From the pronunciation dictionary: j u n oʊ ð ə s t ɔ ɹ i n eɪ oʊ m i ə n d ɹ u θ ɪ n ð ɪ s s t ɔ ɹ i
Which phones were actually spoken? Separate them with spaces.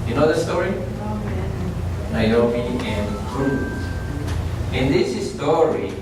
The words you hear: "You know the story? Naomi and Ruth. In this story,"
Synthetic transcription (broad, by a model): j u n oʊ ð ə s t ɔ ɹ i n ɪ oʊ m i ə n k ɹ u s ɪ n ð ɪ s s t ɔ ɹ i